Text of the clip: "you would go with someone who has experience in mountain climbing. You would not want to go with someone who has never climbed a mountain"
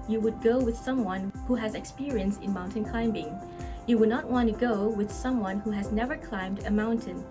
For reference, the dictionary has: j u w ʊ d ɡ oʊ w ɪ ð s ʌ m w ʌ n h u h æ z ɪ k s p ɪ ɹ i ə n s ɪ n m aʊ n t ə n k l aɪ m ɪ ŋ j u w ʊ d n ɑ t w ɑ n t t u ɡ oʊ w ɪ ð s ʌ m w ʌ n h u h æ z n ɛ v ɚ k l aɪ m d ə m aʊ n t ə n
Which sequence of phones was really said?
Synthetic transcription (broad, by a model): j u w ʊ d ɡ oʊ w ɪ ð s ʌ m w ʌ n h u h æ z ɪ k s p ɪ ɹ i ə n s ɪ n m aʊ n t ə n k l aɪ m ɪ ŋ j u w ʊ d n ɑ t w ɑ n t t u ɡ oʊ w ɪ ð s ʌ m w ʌ n h u h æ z n ɛ v ɚ k l aɪ m d ə m aʊ n t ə n